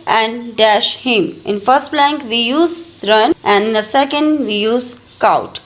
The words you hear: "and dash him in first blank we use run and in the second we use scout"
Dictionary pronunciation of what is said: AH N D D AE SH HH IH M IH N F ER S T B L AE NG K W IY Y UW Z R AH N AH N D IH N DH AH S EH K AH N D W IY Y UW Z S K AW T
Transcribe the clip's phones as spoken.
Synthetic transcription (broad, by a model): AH N D D AE SH HH IH M IH N F ER S T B L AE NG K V IY Y UW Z R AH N AH N D IH N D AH S EH K AH N D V IY Y UW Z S K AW T